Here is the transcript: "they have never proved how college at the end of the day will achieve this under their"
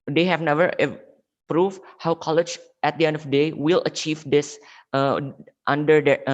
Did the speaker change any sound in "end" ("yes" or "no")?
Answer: no